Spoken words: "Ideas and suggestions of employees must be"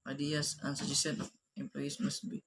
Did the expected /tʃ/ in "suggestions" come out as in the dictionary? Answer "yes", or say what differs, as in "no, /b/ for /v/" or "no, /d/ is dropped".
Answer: no, /tʃ/ is dropped